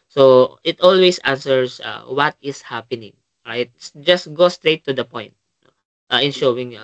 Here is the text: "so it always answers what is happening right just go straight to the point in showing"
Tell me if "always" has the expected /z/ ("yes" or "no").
no